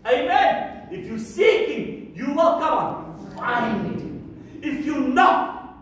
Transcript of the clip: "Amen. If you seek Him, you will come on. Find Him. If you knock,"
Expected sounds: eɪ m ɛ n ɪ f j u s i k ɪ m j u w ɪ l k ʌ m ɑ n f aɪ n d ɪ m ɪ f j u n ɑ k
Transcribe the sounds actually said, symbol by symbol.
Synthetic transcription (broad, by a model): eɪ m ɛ n ɪ f j u s i k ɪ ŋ j u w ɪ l k ʌ m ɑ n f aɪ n ɪ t ɪ f j u n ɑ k